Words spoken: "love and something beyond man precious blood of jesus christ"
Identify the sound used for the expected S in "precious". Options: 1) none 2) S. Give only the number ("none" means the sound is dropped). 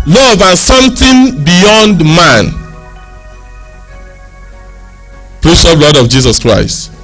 1